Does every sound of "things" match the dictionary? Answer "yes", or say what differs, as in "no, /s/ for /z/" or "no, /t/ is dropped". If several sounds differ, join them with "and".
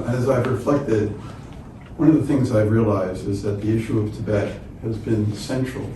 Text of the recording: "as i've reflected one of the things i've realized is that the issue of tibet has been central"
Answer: yes